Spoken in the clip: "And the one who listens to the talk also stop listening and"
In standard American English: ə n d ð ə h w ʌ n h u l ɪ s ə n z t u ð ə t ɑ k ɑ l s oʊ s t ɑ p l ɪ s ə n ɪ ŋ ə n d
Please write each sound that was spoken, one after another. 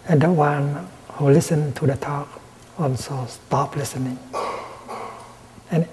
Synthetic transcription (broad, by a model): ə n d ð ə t w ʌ n h u l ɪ s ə n t u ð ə t ɑ k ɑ n s oʊ s t ɑ p l ɪ s ə n ɪ ŋ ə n